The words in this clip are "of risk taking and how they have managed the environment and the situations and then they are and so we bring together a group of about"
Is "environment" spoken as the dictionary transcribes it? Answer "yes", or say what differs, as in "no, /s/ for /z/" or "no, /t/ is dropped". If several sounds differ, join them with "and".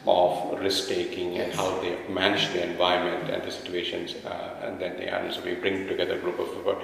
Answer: no, /ɹ/ is dropped